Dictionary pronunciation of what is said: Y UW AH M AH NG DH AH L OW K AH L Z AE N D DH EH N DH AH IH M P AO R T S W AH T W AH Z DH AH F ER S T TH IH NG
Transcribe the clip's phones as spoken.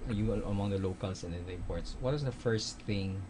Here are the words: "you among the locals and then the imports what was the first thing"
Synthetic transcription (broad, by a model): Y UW AH M AH NG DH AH L OW K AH L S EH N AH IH P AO R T S W AH T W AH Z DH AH F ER S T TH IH NG